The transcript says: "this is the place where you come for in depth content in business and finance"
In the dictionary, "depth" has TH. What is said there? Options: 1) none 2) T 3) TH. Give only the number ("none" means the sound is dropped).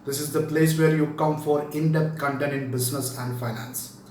2